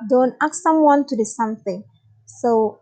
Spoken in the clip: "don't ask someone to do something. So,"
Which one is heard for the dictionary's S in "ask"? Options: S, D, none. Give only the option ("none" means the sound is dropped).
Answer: none